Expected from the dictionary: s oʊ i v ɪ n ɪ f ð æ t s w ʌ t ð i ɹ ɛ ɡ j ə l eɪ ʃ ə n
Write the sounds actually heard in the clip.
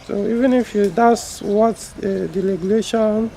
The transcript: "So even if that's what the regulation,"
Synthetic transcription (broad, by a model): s oʊ i v ɪ n ɪ f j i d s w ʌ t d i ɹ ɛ ɡ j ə l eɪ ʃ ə n